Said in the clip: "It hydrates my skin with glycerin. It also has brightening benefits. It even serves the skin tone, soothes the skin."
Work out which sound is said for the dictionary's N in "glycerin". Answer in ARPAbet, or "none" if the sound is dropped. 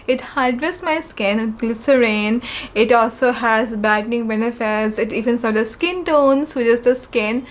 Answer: N